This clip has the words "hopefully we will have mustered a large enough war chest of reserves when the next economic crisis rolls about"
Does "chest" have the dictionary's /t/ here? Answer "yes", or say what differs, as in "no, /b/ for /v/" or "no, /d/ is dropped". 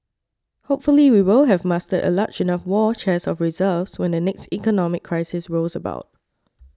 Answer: no, /t/ is dropped